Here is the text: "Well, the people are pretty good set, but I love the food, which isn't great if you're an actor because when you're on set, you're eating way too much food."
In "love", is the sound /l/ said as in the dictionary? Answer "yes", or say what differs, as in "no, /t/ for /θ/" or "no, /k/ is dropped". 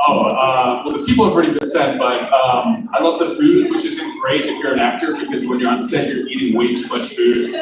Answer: yes